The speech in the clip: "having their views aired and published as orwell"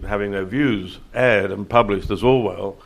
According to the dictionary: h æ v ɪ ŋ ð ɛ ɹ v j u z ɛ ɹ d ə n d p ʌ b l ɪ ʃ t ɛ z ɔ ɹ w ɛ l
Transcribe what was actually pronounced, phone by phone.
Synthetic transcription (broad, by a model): h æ v ɪ ŋ ð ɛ ɹ v j u z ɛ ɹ d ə n p ʌ b l ɪ ʃ t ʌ z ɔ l w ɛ l